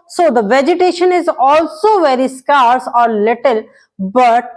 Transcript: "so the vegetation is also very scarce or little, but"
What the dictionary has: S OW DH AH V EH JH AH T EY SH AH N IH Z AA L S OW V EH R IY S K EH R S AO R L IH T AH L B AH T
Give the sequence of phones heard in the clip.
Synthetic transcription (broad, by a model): S OW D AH V EH JH AH T EY SH AH N IH Z AA L S OW V EH R IY S K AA R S AO R L IH T AH L B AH T